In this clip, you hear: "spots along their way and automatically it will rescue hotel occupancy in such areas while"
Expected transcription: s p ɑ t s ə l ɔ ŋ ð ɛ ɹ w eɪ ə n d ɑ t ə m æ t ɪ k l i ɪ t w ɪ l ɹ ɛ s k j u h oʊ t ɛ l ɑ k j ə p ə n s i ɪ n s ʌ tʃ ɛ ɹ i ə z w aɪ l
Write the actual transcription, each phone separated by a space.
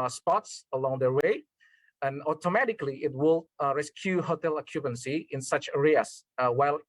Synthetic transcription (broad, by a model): s p ɑ t s ə l ɔ ŋ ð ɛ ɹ w eɪ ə n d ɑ t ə m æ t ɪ k l i ɪ t w ɪ l ɹ ɛ s k j u h oʊ t ɛ l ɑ k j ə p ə n s i ɪ n s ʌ tʃ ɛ ɹ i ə s w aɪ l